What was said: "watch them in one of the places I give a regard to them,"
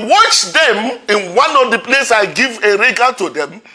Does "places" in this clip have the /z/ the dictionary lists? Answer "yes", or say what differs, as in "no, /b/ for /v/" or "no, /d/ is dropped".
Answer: no, /z/ is dropped